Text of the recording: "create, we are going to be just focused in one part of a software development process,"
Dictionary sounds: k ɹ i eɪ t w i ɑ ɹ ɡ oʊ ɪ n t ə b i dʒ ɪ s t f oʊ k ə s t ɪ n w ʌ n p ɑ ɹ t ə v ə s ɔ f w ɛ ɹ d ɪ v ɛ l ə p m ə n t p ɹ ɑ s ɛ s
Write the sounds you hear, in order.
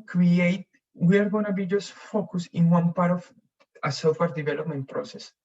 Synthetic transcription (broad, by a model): k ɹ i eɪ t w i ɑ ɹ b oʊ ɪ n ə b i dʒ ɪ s f oʊ k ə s ɪ n w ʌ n p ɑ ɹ t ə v ə s ɔ f w ɛ ɹ d ɪ v ɛ l ə p m ə n t p ɹ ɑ s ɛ s